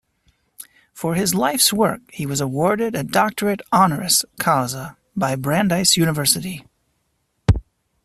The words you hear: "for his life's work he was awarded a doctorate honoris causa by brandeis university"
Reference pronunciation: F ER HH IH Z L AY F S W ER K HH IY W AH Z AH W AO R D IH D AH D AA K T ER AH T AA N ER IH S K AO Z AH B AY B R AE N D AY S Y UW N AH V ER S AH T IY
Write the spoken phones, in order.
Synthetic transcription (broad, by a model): F ER IH Z L AY F S W ER K HH IY W AH Z AH W AO R D IH D AH D AA K T ER AH T AA N ER IH S K AO Z AH B AY B R AE N D AY S Y UW N AH V ER S AH T IY